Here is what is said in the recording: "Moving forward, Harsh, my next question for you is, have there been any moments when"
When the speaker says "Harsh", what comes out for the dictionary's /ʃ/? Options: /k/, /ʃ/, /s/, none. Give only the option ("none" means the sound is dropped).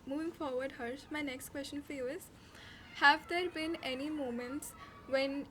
/s/